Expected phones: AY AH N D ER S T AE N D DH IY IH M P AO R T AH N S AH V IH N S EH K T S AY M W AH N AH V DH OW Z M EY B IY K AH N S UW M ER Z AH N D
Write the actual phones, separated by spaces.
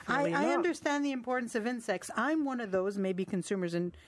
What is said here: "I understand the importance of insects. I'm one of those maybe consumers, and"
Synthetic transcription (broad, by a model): AY AH N D ER S T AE N DH IY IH M P AO R T N S AH V IH N S EH K T S AY M W AH N AH V DH OW Z M EY B IY K AH N S UW M ER Z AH N